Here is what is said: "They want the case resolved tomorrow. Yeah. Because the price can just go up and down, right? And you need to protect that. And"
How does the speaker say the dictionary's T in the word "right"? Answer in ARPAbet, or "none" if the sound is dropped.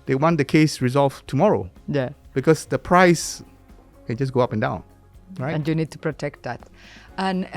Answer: none